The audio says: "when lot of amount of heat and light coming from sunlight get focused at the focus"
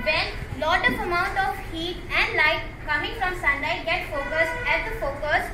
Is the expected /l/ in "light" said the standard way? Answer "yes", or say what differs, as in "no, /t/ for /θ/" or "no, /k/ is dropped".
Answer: yes